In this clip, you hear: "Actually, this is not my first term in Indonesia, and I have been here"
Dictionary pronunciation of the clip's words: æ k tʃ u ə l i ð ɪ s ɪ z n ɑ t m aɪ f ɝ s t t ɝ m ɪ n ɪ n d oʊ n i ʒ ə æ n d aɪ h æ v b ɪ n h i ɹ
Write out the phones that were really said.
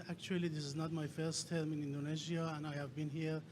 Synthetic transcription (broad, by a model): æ k tʃ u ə l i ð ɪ s ɪ z n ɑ t m aɪ f ɝ s t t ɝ m ɪ n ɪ n d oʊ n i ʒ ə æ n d aɪ h æ v b ɪ n h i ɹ